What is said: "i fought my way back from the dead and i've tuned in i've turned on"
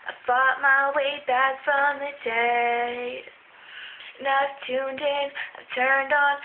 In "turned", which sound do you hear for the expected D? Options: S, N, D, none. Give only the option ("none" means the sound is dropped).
D